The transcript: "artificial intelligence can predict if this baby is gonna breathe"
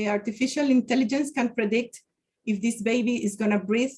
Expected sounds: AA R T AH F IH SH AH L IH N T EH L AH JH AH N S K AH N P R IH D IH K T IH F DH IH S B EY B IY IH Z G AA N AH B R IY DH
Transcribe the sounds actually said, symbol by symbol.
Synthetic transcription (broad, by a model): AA R T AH F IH SH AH L IH N T EH L AH JH AH N S K AH N P R IH D IH K T IH F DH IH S B EY B IY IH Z G AA N AH B R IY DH